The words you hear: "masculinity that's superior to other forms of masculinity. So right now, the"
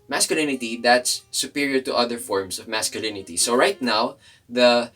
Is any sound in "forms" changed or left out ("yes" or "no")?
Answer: yes